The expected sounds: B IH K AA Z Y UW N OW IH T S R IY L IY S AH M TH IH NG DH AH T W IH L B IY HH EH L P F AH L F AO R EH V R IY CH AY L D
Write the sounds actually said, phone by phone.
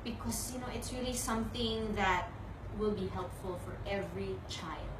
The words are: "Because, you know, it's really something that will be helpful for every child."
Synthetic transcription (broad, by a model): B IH K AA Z Y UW N OW IH T S R IY L IY S AH M TH IH NG DH AH T W IH L B IY HH EH L P F AH L F AO R EH V R IY CH AY L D